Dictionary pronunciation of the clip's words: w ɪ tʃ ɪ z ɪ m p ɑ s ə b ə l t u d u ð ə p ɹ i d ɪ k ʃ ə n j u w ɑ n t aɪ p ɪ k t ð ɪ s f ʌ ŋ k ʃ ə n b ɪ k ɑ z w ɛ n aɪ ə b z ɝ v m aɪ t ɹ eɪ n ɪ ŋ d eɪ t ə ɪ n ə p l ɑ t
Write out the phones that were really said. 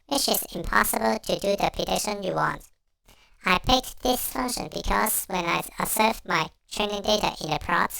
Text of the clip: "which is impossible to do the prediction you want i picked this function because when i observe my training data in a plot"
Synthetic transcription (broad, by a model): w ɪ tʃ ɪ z ɪ m p ɑ s ə b ə l t u d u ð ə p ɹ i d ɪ ʃ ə n j u w ɑ n t aɪ p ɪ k ð ɪ s f ʌ ŋ k ʃ ə n b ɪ k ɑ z w ɛ n aɪ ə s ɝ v m aɪ t ɹ eɪ n ɪ ŋ d eɪ t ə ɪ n ə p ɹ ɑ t